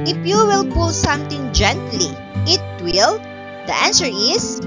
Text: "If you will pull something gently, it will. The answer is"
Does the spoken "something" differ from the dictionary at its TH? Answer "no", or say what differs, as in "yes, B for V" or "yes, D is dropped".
yes, T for TH